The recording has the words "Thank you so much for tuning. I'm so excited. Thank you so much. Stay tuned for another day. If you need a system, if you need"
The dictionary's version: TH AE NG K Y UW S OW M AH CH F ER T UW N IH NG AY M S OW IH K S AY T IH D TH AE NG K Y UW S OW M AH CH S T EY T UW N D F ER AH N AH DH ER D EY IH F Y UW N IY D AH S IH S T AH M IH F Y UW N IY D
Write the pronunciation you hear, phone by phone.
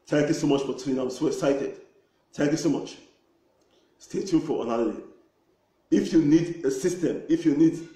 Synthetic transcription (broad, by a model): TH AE NG K Y UW S OW M AH CH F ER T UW IH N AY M S OW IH S AY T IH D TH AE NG K Y UW S OW M AH CH S T EY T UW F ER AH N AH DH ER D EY IH F Y UW N IY D AH S IH S T AH M IH F Y UW N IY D